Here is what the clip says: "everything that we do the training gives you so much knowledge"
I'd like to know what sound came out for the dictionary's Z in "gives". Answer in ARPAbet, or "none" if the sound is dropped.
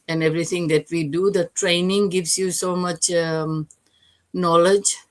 S